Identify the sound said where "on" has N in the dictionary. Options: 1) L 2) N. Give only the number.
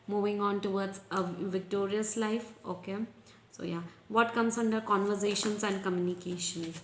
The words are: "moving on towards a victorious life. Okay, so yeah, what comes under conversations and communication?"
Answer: 2